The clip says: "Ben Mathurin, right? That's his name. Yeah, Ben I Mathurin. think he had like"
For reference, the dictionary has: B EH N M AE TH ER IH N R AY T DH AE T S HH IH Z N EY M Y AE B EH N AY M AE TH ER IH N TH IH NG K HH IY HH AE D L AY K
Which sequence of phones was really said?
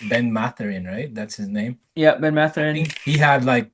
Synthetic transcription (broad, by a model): B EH N M AE TH ER IH N R AY T DH AE T S HH IH Z N EY M Y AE B EH N M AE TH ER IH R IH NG HH IY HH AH D L AY K